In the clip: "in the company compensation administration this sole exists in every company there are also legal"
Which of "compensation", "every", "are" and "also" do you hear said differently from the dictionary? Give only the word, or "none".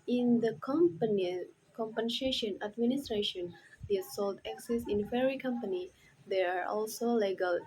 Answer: every